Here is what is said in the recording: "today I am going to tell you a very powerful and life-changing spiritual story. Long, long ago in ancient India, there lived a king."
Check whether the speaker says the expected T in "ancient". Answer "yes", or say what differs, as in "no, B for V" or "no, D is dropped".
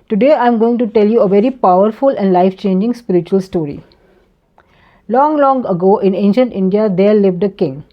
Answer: yes